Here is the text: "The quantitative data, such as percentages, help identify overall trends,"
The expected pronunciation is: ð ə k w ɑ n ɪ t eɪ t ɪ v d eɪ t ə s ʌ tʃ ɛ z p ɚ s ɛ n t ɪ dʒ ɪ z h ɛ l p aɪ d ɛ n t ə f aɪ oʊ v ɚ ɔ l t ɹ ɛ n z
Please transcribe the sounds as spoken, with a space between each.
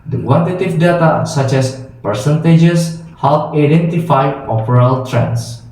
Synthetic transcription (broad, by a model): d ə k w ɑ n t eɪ t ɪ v d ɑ t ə s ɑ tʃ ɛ s p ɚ s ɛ n t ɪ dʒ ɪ s h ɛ l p aɪ d ɛ n t ə f aɪ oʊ p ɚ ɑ l t ɹ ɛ n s